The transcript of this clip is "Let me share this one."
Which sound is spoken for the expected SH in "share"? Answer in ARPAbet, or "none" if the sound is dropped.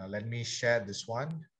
SH